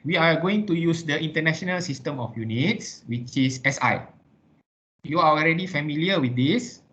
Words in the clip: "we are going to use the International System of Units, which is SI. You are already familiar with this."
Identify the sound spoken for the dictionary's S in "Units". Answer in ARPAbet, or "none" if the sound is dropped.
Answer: S